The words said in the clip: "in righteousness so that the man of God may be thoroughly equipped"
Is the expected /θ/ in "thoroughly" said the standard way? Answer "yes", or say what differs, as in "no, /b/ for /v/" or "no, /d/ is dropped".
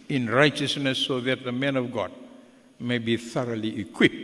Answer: yes